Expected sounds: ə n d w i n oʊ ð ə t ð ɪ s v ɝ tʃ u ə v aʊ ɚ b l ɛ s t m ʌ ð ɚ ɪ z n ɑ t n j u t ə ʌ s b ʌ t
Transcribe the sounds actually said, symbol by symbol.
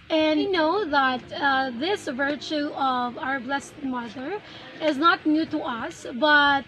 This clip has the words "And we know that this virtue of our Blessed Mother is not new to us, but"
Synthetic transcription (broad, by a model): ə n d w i n oʊ ð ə t ð ɪ s v ɝ tʃ u ə v aʊ ɚ b l ɛ s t m ʌ ð ɚ ɪ z n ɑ t n j u t ə ʌ s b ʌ t